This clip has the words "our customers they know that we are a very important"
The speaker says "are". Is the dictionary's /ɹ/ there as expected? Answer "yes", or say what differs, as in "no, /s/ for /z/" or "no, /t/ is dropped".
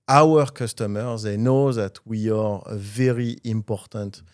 yes